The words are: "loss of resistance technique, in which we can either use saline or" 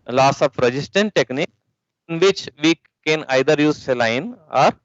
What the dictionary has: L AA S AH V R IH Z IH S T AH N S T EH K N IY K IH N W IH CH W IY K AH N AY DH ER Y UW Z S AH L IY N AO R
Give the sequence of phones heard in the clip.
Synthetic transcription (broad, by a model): L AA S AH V R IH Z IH S T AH N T T EH K N IY K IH N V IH CH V IY K AH N AY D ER Y UW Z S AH L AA N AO R